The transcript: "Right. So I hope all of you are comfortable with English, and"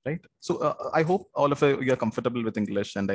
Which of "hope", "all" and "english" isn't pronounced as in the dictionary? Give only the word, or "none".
none